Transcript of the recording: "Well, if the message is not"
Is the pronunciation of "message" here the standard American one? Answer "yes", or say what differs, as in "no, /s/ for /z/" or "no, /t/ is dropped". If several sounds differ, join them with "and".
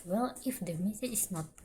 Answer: no, /dʒ/ is dropped